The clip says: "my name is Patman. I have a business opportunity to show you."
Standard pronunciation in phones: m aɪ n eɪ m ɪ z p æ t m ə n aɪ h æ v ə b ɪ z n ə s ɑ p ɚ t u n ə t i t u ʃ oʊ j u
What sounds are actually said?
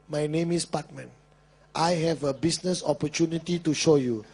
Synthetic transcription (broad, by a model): m aɪ n eɪ m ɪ s p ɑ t m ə n aɪ h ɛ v ə b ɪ s n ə s ɑ p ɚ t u n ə t i t u ʃ oʊ j u